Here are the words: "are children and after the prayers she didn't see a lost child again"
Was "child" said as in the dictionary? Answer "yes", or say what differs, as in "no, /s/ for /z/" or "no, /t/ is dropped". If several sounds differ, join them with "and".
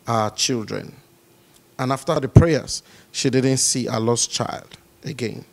yes